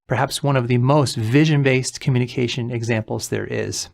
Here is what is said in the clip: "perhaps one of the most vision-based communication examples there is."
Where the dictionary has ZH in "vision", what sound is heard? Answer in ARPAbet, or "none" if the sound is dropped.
ZH